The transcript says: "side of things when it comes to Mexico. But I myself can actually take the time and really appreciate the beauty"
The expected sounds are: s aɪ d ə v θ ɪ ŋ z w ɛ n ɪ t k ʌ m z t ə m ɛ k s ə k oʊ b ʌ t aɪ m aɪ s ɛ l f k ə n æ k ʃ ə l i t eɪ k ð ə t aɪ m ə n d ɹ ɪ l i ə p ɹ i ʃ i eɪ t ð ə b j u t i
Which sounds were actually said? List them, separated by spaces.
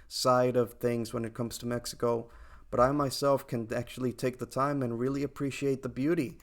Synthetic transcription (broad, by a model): s aɪ d ə v θ ɪ ŋ z w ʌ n ɪ t k ʌ m z t ə m ɛ k s ə k oʊ b ʌ t aɪ m aɪ s ɛ l f k ə n æ k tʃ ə l i t eɪ k ð ə t aɪ m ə n ɹ ɪ l i ə p ɹ i ʃ i eɪ t ð ə b j u t i